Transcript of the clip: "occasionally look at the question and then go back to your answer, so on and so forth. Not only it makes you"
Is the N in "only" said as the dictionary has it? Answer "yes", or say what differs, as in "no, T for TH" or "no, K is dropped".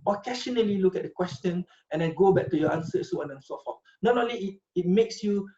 no, N is dropped